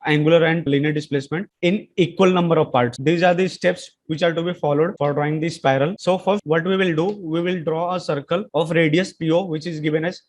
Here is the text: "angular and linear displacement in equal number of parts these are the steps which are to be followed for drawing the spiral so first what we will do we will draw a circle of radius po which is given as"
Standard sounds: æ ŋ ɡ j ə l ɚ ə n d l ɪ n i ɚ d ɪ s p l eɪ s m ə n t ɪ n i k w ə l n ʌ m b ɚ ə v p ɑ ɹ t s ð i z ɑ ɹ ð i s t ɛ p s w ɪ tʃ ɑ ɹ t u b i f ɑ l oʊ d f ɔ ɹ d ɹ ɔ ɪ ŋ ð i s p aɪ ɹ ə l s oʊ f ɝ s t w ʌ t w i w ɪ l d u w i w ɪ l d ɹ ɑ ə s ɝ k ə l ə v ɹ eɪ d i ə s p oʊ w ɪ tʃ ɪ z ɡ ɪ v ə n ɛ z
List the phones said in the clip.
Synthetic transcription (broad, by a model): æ ŋ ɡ j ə l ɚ ə n d l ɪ n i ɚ d ɪ s p l eɪ s m ə n t ɪ n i k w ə l n ʌ m b ɚ ə v p ɑ ɹ t s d i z ɑ ɹ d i s t ɛ p s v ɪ tʃ ɑ ɹ t u b i f ɑ l oʊ d f ɔ ɹ d ɹ ɔ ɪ ŋ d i s p aɪ ɹ ə l s oʊ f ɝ t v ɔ t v i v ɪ l d u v i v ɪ l d ɹ ɑ ə s ɝ k ə l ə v ɹ eɪ d i ə s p oʊ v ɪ tʃ ɪ z ɡ ɪ v ə n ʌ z